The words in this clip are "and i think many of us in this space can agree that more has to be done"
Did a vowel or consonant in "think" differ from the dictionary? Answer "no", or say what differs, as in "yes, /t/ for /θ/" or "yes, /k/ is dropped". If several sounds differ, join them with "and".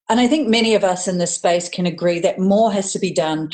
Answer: no